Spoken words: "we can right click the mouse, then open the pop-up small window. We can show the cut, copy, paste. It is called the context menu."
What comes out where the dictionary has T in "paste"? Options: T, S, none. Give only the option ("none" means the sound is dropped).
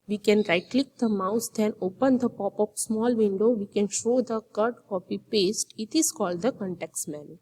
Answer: T